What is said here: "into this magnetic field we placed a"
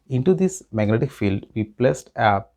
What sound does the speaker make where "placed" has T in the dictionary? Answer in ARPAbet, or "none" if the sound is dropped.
T